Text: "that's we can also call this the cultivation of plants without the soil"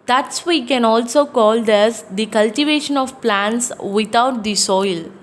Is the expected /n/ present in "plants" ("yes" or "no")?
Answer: yes